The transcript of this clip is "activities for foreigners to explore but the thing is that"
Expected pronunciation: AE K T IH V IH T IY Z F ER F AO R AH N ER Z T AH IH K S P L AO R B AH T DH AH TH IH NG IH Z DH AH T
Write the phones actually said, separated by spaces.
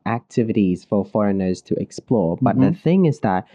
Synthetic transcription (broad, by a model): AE K T IH V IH T IY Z F ER F AO R AH N ER Z T AH IH K S P L AO R B AH T DH AH TH IH NG IH Z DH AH T